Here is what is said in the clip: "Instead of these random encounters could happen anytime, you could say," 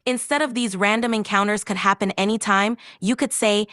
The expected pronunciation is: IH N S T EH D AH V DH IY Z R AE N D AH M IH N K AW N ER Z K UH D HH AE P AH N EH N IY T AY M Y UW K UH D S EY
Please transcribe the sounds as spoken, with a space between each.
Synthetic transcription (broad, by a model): IH N S T EH D AH V DH IY Z R AE N D AH M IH N K AW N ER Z K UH D HH AE P AH N EH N IY T AY M Y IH K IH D S EY